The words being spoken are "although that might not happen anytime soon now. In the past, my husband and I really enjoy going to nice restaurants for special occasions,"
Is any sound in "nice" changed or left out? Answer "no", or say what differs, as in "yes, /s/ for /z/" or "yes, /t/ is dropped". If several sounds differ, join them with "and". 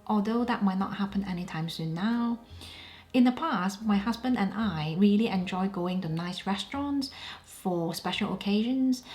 no